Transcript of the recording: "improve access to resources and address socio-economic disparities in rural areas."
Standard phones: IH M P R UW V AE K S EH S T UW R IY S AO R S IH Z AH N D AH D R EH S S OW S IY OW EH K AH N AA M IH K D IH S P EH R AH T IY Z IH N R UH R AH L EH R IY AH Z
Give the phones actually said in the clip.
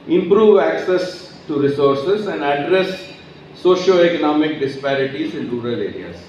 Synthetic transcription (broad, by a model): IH M P R UW V AE K S EH S T UW R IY S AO R S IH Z AH N D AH D R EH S S OW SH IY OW EH K AH N AA M IH K D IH S P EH R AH T IY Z IH N R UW R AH L EH R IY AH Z